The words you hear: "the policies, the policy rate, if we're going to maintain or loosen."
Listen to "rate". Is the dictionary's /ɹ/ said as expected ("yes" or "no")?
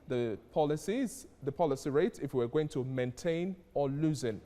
yes